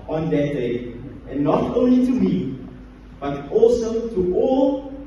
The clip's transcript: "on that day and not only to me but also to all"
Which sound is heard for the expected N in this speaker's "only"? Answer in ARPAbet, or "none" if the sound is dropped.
N